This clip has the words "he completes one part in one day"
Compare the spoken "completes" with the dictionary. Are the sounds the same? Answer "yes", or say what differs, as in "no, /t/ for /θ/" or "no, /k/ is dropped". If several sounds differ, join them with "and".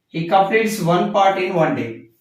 no, /m/ is dropped and /l/ is dropped